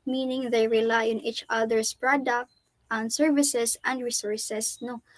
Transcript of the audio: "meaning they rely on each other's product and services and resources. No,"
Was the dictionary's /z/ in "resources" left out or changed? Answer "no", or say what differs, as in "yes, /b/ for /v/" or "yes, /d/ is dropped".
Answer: yes, /s/ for /z/